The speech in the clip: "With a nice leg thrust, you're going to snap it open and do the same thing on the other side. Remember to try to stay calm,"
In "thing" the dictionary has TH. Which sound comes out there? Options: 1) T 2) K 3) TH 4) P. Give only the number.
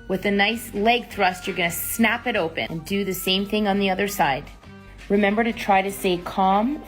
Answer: 3